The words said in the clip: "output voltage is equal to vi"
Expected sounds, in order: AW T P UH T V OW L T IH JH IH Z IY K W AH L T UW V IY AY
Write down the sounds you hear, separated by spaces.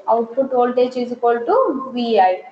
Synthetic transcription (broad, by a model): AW T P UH T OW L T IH CH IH S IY K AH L T UW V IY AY